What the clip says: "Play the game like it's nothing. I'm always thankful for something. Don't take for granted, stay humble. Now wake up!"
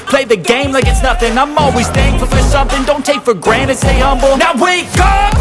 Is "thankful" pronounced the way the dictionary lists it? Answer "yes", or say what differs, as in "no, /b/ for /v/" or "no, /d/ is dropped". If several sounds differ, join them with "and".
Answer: no, /k/ is dropped